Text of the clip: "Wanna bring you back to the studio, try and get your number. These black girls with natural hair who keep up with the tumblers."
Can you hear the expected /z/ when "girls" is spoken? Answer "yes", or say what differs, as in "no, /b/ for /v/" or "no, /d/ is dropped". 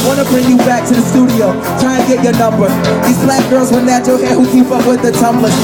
yes